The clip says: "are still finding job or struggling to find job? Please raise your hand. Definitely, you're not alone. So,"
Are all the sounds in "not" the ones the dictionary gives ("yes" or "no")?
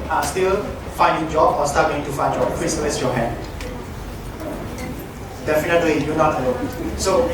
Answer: yes